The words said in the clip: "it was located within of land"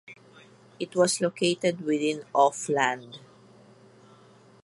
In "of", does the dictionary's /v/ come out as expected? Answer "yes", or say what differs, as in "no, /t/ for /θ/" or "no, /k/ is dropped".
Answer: no, /f/ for /v/